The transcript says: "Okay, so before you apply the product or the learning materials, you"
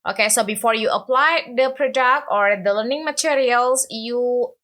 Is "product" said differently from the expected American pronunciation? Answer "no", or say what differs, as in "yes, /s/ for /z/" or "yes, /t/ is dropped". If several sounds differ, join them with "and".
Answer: no